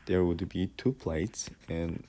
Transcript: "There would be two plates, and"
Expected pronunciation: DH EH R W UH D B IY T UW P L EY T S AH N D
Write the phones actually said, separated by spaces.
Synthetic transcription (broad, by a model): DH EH R W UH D B IY T UW P L EY T S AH N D